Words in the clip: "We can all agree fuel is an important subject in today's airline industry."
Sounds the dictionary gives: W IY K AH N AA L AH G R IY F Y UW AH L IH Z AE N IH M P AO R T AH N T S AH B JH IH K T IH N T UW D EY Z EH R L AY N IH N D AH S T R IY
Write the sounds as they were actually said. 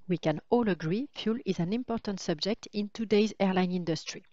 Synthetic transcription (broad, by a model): W IY K AH N AA L AH G R IY F Y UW L IH Z AE N IH M P AO R T AH N T S AH B JH IH K T IH N T UW D EY Z EH R L AY N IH N D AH S T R IY